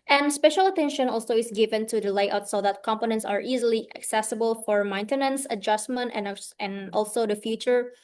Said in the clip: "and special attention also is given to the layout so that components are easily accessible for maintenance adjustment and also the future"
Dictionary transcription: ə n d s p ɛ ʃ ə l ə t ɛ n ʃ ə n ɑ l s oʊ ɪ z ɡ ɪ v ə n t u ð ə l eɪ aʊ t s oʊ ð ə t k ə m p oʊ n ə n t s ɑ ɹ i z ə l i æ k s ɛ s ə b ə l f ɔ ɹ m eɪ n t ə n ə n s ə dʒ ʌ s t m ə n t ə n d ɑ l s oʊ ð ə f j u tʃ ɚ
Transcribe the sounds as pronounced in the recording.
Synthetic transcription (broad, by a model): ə n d s p ɛ ʃ ə l ə t ɛ n ʃ ə n ɑ l s oʊ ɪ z ɡ ɪ v ə n t u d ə l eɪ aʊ t s oʊ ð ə t k ə m p oʊ n ə n t s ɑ ɹ i z ə l i æ k s ɛ s ə b ə l f ɔ ɹ m eɪ n t ə n ə n s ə dʒ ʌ s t m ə n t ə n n ɑ l s oʊ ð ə f j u tʃ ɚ